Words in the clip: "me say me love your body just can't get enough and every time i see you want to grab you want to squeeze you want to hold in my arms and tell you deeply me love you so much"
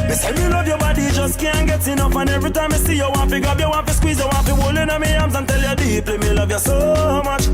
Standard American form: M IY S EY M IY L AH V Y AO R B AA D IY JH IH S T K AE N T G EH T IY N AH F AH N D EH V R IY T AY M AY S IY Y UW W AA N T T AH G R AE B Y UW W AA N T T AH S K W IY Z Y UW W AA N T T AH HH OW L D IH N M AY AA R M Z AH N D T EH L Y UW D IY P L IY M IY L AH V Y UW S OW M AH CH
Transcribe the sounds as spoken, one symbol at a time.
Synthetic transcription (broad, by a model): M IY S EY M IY L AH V Y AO B AA D IY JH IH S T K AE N G EH T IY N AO F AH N EH V R IY T AY M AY S IY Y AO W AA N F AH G AO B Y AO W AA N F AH S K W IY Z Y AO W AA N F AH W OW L IH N M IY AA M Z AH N T EH L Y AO D IY P L IY M IY L AH V Y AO S OW M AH CH